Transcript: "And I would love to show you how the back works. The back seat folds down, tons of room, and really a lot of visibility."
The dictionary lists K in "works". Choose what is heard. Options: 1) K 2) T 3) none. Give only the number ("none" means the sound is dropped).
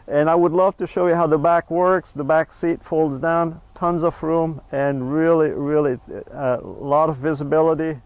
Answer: 1